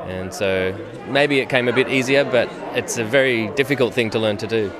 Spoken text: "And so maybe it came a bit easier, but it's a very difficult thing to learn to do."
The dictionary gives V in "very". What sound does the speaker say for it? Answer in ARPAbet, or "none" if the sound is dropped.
V